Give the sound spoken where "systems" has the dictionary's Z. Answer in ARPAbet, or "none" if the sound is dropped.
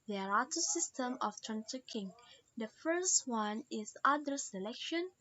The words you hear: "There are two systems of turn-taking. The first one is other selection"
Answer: none